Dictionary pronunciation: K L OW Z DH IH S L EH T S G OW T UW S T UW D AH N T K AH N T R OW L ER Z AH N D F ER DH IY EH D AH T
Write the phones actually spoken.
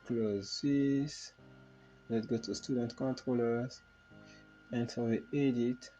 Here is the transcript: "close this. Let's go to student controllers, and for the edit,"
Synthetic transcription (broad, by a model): K L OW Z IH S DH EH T G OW T UW S T UW D AH N T K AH N T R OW L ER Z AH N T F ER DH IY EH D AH T